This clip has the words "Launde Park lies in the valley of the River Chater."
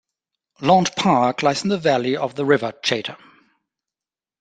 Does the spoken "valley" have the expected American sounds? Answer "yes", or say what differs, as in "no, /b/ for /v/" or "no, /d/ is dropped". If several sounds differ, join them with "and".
yes